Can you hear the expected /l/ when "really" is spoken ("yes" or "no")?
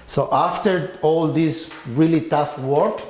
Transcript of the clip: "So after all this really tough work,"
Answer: yes